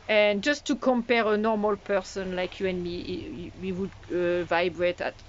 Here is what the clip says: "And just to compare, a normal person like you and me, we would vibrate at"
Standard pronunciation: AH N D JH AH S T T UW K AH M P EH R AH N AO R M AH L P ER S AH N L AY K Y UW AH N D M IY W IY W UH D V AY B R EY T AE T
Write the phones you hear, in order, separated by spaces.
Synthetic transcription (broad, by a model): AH N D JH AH S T T UW K AH M P EH R AH N AO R M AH L P ER S AH N L AY K Y UW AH N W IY W IY W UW D V AY B R EY T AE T